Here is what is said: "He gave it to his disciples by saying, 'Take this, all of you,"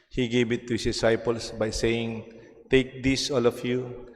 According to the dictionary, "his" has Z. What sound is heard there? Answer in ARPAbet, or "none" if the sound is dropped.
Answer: S